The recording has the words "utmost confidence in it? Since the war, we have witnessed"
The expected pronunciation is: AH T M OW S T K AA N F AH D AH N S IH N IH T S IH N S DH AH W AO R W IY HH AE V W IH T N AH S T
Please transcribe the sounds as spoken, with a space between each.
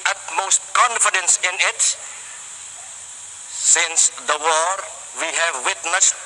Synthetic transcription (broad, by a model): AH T M OW S T K AA N F AH D AH N S IH N IH T S IH N S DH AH W AO R W IY HH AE V W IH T N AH S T